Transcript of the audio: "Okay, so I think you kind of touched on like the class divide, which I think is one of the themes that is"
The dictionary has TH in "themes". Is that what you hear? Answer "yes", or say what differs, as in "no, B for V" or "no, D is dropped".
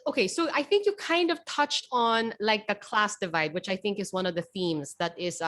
yes